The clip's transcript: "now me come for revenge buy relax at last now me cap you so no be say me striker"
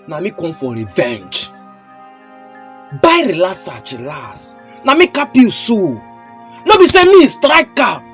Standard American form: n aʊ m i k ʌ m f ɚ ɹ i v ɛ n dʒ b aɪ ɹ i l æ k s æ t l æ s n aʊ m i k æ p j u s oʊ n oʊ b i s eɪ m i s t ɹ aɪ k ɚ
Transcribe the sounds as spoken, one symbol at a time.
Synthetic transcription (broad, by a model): n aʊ m i k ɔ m f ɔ ɹ i v ɛ n dʒ b aɪ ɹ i l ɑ s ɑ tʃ l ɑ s n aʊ m i k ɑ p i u s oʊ n oʊ b i s eɪ m i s t ɹ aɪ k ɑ